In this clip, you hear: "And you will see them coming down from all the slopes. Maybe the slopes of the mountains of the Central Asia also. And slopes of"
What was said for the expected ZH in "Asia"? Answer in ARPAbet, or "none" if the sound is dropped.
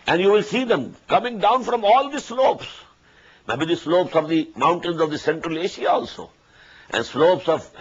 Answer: SH